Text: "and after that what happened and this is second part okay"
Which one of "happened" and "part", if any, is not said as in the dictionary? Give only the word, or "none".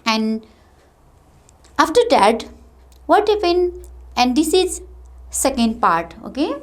happened